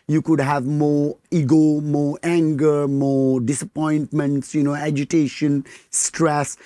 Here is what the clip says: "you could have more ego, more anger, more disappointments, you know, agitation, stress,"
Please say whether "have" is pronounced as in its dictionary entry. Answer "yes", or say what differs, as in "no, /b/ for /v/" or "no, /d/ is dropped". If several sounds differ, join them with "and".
yes